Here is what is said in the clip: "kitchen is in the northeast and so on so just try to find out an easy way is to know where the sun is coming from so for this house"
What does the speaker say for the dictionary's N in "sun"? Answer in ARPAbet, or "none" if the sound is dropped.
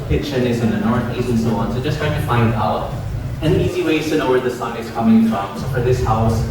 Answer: none